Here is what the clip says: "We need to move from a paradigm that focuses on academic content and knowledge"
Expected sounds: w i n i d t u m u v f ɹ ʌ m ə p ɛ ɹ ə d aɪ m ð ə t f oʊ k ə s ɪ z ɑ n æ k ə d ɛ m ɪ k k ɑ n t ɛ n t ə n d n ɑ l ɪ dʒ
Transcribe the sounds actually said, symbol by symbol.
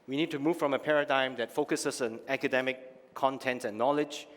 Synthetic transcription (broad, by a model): w i n i d t u m u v f ɹ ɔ m ə p ɛ ɹ ə d aɪ m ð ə t f oʊ k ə s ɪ s ɑ n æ k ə d ɛ m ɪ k k ɑ n t ɛ n t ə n n ɑ l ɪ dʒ